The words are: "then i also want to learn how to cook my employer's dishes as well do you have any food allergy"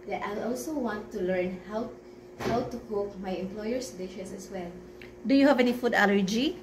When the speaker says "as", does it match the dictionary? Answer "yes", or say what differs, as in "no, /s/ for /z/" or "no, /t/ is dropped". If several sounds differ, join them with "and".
no, /s/ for /z/